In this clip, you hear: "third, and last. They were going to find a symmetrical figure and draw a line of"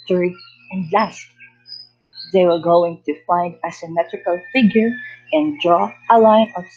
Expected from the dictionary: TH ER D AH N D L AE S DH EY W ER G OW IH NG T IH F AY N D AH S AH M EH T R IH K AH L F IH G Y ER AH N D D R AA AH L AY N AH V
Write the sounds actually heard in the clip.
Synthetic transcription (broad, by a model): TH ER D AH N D L AE S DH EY W ER G OW IH NG T IH F AY N D AH S AH M EH T R IH K AH L F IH G Y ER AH N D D R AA AH L AY N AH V